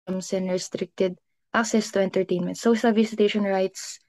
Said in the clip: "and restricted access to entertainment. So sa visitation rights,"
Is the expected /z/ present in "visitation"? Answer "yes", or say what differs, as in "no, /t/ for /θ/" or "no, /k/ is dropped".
no, /s/ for /z/